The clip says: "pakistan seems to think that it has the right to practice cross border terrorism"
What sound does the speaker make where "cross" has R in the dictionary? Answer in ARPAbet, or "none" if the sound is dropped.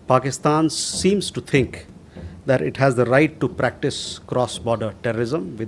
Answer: R